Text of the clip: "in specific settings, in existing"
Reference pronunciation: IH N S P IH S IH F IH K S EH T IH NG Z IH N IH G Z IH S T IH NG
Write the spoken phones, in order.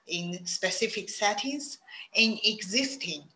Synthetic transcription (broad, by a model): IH N S P IH S IH F IH K S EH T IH Z IH N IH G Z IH S T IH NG